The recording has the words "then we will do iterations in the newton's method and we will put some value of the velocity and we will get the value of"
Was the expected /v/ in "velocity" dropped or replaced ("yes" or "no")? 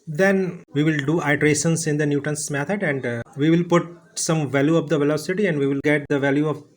no